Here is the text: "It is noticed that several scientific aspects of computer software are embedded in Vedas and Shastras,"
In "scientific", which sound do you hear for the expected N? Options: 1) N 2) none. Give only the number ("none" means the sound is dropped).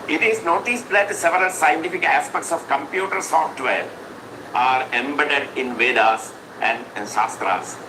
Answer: 1